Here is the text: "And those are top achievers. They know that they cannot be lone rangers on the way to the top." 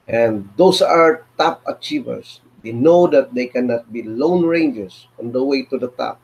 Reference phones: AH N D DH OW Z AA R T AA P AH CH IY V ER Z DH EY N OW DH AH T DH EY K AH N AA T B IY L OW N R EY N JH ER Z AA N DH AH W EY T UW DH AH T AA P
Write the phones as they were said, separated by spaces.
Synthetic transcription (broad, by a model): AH N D OW S AA R T AA P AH CH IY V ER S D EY N OW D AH T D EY K AH N AA T B IY L OW N R EY N JH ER S AA N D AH W EY T UW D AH T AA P